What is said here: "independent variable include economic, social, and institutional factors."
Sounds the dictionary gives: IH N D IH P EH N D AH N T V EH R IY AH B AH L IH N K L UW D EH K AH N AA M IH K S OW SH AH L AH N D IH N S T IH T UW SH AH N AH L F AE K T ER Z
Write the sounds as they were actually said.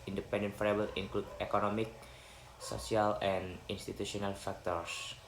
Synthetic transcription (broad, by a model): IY N D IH P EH N D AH N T F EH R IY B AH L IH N K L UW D EH K AH N AA M IH K S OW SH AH L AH N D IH N S T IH T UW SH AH N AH L F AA K T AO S